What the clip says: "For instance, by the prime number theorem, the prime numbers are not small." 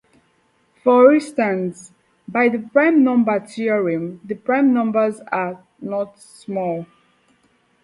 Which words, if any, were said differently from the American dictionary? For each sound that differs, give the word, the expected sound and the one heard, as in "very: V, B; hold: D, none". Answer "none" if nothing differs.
theorem: TH, T